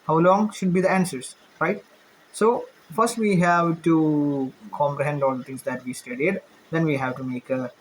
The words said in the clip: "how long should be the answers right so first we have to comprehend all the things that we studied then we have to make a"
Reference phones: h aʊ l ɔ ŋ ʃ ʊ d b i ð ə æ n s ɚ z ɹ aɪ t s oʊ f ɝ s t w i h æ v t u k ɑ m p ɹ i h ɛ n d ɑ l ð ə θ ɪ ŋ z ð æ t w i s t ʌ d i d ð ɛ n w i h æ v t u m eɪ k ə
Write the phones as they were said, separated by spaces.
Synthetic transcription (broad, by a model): h aʊ l ɔ ŋ ʃ ʊ d b i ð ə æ n s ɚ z ɹ aɪ t s oʊ f ɝ s t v i h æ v t u k ɑ m p ɹ i h ɛ n d ɑ l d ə t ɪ ŋ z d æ t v i s t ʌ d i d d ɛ n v i h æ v t u m eɪ k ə